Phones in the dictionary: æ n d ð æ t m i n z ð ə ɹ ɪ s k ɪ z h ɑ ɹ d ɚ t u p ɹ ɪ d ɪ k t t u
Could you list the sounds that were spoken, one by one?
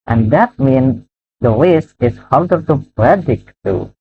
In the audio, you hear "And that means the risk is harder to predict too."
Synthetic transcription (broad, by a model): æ n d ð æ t m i n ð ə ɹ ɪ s ɪ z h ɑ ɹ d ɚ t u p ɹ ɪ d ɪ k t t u